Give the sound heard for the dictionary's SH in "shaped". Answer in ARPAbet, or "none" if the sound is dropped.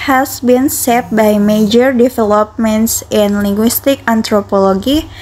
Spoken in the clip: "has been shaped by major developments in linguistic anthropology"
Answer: S